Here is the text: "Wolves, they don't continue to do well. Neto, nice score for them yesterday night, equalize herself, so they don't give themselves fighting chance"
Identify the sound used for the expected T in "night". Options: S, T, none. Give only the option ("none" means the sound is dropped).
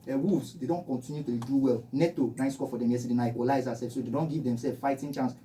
none